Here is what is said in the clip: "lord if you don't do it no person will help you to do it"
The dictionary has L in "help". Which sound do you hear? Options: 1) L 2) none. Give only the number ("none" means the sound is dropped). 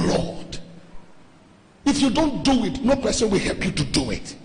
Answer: 1